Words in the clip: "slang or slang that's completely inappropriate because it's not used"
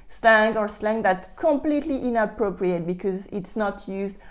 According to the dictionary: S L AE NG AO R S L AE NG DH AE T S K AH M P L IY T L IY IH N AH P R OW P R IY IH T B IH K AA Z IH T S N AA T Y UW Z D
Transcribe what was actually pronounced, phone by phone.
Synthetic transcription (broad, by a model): S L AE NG AO R S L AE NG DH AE T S K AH M P L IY T L IY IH N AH P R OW P R IY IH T B IH K AA Z IH T S N AA T Y UW Z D